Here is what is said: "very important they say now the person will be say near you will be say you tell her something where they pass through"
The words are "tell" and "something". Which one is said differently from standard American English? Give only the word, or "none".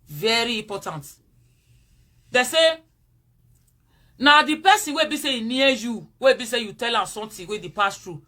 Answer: something